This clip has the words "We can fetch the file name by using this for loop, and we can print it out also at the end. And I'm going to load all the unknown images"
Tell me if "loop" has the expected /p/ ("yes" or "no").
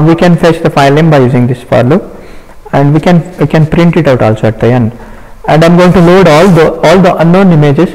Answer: no